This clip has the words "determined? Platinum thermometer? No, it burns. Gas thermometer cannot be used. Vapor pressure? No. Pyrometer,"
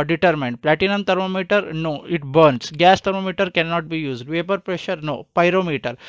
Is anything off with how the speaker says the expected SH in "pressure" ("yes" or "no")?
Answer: no